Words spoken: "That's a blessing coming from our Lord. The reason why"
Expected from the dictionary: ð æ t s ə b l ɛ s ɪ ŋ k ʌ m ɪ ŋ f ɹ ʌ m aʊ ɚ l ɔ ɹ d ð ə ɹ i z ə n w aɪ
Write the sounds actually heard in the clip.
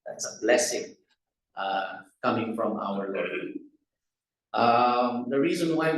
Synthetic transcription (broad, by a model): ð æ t s ə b l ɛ s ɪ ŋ k ʌ m ɪ ŋ f ɹ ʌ m aʊ ɚ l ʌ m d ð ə ɹ i z ə n w aɪ